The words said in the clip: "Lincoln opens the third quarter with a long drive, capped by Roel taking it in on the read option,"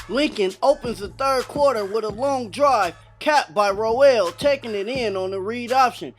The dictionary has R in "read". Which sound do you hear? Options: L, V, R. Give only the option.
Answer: R